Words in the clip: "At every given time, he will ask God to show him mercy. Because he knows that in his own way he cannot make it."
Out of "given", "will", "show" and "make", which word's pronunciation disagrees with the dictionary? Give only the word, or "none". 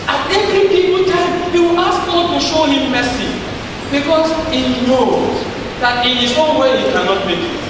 given